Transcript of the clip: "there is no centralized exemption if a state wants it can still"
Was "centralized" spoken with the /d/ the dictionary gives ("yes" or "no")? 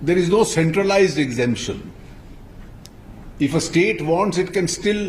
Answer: yes